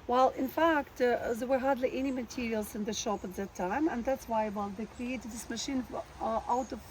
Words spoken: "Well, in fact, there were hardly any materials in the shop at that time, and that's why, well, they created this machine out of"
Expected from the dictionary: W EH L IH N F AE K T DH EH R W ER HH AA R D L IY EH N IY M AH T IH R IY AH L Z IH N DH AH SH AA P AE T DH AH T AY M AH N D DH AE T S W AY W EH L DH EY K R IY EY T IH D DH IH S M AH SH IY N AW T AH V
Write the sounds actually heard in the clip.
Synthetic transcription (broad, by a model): W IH L IH N F AE K T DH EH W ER HH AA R D L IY EH N IY M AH T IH R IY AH L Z IH N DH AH SH AA P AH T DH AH T AY M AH N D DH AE T S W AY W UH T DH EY K R IY EY T IH D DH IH S M AH SH IY N AW T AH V